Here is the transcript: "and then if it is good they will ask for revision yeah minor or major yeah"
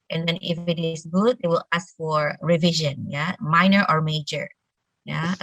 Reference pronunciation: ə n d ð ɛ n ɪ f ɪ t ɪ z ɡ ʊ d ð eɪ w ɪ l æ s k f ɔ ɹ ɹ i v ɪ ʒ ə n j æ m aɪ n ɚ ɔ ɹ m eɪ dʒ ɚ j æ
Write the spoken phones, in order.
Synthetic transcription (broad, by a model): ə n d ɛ n ɪ f ɪ t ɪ s ɡ ʊ d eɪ w ɪ l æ s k f ɔ ɹ ɹ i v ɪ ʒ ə n j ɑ m aɪ n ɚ ɔ ɹ m eɪ dʒ ɚ j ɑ